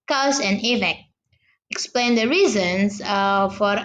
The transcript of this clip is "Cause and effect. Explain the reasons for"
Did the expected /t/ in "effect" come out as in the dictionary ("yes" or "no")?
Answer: no